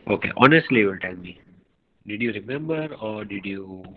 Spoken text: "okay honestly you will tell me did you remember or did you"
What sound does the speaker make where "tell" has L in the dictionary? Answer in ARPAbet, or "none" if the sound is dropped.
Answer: N